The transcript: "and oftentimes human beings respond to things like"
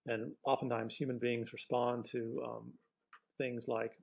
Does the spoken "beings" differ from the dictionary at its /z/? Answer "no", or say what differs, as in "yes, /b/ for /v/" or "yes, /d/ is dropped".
no